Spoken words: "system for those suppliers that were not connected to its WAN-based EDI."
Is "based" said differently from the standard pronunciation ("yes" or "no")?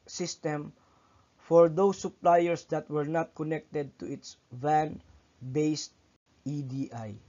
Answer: no